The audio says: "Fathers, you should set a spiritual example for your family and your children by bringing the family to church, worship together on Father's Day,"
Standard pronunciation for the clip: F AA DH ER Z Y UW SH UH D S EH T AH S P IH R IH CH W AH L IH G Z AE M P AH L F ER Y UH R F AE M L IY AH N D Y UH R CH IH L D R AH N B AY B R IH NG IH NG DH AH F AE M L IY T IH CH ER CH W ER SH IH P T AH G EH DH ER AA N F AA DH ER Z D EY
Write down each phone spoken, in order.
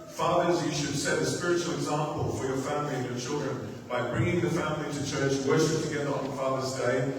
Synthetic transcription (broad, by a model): F AA DH ER Z Y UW SH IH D S EH T AH S P IH R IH CH L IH G Z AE M P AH L F ER Y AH R F AE M L IY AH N Y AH R CH IH L D R AH N B AY B R IH NG IH NG DH AH F AE M L IY T IH CH ER CH W ER SH IH P T AH G EH DH ER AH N F AA DH ER Z D EY